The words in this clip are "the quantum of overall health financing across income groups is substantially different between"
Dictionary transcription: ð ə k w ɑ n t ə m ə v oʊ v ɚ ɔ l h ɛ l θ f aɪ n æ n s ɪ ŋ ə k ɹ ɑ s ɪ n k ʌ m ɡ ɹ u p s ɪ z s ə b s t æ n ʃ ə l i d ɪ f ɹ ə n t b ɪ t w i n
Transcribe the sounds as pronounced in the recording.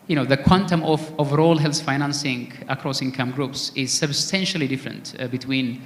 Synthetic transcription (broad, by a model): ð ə k w ɑ n t ə m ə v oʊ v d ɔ l h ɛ l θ f aɪ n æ n s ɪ ŋ ə k ɹ ɑ s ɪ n k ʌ m ɡ ɹ u p s ɪ z s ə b s t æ n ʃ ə l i d ɪ f ɹ ə n t b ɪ t w i n